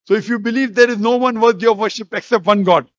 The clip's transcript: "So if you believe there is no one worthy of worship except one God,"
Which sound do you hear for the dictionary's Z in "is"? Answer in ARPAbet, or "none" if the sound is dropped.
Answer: Z